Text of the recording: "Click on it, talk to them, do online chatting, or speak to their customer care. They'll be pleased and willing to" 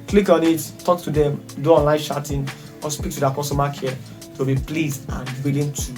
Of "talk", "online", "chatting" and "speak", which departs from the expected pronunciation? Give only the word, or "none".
chatting